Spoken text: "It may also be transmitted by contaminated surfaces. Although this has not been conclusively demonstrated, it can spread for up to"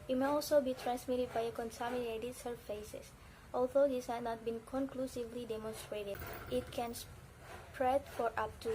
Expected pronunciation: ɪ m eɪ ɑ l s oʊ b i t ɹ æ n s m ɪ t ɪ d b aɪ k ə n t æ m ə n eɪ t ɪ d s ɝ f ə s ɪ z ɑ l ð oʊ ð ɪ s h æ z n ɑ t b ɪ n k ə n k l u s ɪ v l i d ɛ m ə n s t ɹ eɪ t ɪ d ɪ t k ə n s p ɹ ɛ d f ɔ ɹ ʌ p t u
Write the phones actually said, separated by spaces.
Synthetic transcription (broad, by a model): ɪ m eɪ ɑ l s oʊ b i t ɹ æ n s m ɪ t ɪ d b aɪ k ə n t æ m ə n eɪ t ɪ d s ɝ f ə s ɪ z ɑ l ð oʊ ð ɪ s h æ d n ɑ t b ɪ n k ə n k l u s ɪ v l i d ɛ m ə n s t ɹ eɪ t ɪ d ɪ t k ə n s p ɹ ɛ d f ɔ ɹ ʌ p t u